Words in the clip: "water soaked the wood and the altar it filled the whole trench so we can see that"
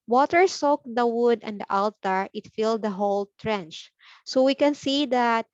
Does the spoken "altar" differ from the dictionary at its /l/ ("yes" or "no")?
no